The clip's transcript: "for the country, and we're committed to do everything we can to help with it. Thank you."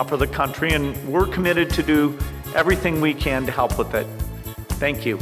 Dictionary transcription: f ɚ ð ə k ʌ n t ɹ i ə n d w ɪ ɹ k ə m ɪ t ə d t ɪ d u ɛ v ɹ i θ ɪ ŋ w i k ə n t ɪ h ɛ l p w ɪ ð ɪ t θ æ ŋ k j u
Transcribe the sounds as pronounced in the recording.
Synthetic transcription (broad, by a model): f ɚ ð ə k ʌ n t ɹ i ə n w ɪ ɹ k ə m ɪ t ə d t ɪ d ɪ ɛ v ɹ i θ ɪ ŋ w i k ə n t ɪ h ɛ l p w ɪ ð ɪ t θ æ ŋ k j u